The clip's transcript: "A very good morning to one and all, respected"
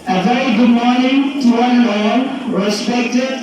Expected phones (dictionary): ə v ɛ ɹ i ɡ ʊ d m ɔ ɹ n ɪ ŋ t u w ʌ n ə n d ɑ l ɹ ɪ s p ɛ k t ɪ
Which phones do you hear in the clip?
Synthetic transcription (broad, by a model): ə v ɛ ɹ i ɡ ʊ d m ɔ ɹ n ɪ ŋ t u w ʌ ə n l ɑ n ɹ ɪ s p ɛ k t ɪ